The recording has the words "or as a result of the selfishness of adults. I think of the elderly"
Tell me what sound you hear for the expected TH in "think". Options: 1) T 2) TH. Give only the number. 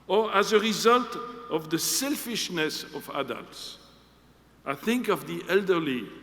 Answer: 2